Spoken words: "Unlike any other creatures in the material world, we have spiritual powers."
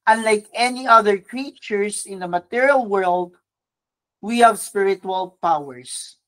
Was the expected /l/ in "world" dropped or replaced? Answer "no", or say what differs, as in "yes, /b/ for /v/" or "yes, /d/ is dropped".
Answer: no